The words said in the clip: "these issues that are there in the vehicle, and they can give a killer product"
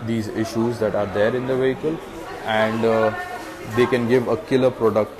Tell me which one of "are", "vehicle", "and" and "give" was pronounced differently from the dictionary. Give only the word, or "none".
none